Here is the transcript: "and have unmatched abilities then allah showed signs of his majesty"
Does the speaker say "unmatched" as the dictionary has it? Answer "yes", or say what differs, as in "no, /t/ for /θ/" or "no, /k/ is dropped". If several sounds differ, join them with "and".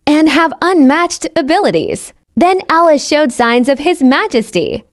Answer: yes